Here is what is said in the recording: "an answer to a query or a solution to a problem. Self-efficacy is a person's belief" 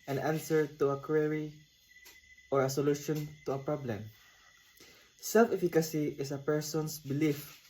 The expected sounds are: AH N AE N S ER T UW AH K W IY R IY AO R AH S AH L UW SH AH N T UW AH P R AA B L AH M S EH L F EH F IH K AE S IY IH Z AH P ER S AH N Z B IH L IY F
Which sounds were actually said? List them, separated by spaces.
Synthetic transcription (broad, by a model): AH N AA N S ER T UW AH K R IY R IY AO R AH S AH L UW SH AH N T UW AH P R AA B L AH M S EH L F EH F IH K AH S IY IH S AH P ER S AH N S B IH L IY F